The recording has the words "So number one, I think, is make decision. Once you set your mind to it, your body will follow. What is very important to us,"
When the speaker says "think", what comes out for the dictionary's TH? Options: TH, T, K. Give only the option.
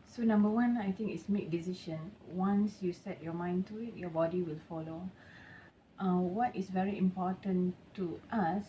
T